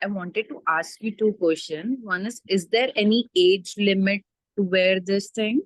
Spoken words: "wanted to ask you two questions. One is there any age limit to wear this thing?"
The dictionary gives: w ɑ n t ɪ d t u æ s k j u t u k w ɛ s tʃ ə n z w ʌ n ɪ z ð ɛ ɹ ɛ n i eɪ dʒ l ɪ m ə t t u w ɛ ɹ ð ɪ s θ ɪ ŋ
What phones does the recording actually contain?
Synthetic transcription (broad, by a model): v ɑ n t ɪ d t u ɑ s k j u t u k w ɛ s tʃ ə n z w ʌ n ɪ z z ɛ ɹ ɛ n i eɪ dʒ l ɪ m ə t t u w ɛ ɹ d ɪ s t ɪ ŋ